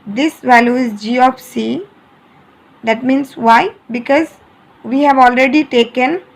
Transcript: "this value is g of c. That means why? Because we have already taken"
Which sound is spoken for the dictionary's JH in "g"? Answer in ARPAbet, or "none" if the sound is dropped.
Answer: JH